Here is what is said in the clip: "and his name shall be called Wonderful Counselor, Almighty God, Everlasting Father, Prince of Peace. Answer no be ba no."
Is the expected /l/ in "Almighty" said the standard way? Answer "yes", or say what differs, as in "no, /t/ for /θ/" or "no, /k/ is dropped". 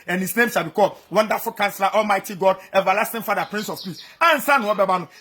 yes